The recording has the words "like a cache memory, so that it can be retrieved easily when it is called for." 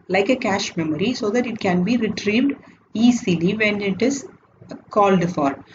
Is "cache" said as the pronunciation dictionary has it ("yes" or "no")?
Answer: yes